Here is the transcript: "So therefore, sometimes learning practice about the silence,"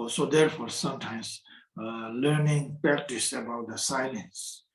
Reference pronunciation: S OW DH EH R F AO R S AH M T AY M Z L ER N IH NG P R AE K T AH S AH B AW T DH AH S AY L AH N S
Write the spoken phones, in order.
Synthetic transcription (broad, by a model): S OW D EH R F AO R S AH M T AY M S L ER N IH NG P R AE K T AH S AH B AW T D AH S AY L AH N S